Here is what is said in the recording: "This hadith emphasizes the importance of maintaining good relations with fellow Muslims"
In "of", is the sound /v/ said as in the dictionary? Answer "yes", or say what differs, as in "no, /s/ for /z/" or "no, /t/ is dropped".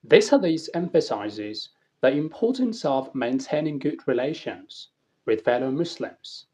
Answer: yes